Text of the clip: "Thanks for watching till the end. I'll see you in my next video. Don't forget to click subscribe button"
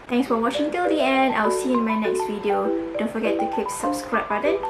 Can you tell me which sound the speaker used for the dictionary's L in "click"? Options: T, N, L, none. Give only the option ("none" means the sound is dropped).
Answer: none